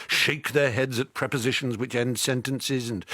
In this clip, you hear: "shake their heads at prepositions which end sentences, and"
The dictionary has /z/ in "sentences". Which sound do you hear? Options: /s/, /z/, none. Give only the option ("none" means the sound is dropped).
/z/